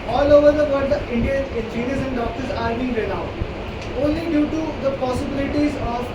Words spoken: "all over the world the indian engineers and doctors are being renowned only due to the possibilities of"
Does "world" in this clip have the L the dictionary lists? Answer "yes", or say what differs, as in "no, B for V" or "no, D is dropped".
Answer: no, L is dropped